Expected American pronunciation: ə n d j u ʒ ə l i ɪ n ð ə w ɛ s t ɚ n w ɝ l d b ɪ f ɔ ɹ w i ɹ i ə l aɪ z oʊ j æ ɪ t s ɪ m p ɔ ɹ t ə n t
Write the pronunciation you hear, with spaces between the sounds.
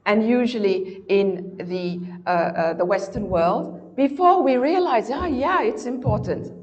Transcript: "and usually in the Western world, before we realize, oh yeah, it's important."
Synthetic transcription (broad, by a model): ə n j u ʒ ə l i ɪ n ð ə w ɛ s t ɚ n w ɝ l d b ɪ f ɔ ɹ w i ɹ i ə l aɪ z oʊ j æ ɪ t s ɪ m p ɔ ɹ t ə n t